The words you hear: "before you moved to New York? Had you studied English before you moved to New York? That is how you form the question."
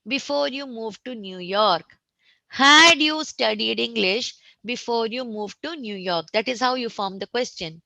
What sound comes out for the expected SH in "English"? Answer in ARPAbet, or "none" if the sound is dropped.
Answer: SH